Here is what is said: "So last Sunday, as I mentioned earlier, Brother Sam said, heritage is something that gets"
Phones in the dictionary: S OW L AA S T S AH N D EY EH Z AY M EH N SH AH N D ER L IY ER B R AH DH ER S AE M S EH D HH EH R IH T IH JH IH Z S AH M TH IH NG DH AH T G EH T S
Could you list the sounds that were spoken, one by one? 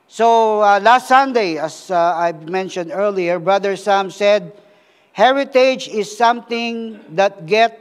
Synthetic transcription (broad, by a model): S OW L AA S T S AH N D EY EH S AY M EH N SH AH N D ER L IY ER B R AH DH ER S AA M S EH D HH EH R IH T IH JH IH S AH M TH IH NG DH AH T G EH T